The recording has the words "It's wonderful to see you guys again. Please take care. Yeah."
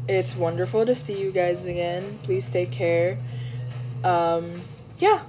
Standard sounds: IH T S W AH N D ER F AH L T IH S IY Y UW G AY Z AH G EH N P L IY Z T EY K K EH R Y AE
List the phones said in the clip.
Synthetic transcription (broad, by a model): IH T S W AH N D ER F L T IH S IY Y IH G AY Z AH G EH N P L IY Z T EY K K EH R Y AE